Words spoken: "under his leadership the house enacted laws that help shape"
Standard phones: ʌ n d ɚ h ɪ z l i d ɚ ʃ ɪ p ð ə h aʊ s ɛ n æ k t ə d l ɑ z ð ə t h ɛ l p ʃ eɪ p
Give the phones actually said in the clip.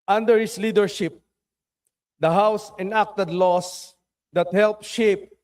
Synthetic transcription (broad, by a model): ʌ n d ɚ h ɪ s l i d ɚ ʃ ɪ p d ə h aʊ s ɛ n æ k t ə d l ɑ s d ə t h ɛ l p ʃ eɪ p